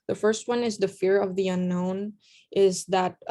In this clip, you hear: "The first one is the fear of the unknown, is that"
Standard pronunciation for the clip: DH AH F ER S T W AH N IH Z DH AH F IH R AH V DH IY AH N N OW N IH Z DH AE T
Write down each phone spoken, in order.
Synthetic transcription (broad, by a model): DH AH F ER S T W AH N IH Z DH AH F IH R AH V DH IY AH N N OW N IH Z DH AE T